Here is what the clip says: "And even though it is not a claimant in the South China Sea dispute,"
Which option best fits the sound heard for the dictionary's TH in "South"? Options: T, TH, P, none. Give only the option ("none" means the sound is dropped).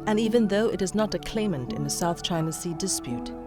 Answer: TH